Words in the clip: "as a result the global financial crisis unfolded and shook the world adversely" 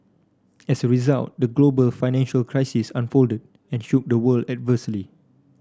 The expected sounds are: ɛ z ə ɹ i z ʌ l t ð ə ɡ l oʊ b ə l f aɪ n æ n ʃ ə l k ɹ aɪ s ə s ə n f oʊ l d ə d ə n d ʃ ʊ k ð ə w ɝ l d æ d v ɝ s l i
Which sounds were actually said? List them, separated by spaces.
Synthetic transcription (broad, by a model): ɛ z ə ɹ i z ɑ l t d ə ɡ l oʊ b ə l f aɪ n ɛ n ʃ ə l k ɹ aɪ s ə s ə n f oʊ l d ə d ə n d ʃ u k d ə w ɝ l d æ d v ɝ s l i